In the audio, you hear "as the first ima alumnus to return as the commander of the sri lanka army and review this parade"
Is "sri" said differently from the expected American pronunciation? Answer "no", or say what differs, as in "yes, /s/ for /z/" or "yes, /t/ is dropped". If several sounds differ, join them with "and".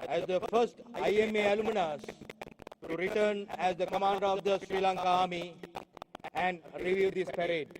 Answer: no